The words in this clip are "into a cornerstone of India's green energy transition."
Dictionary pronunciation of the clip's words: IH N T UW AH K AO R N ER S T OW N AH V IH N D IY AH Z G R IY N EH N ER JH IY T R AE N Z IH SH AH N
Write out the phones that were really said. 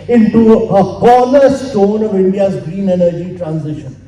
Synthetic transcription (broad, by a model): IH N T UW AH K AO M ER S T OW N AH V IH N D IY AH Z G R IY N EH N ER JH IY T R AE N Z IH SH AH N